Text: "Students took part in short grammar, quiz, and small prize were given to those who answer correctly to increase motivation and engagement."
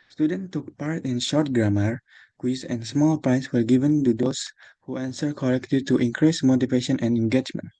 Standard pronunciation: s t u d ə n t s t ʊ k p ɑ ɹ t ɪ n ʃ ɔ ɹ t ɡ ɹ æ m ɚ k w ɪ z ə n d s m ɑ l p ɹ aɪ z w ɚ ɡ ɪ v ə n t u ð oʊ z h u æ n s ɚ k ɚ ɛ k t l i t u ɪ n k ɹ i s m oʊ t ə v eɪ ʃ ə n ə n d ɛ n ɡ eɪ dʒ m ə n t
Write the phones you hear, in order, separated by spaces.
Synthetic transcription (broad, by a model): s t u d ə n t t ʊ k p ɑ ɹ t ɪ n ʃ ɔ ɹ t ɡ ɹ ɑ m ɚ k w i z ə n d s m ɑ l p ɹ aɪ s w ɚ ɡ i v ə n t u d oʊ s h u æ n s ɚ k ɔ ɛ k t l i t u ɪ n k ɹ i s m oʊ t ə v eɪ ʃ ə n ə n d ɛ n ɡ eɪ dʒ m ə n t